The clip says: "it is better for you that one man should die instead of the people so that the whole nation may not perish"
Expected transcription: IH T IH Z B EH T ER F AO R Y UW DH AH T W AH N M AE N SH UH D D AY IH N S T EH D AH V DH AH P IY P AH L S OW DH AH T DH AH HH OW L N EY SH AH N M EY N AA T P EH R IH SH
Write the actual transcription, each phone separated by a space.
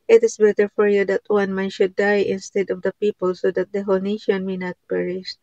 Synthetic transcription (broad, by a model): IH T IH S B EH T ER F AO R Y UW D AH T W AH N M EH N SH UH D D AY IH N S T EH D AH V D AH P IY P AH L S OW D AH T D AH HH OW L N EY SH AH N M EY N AA T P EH R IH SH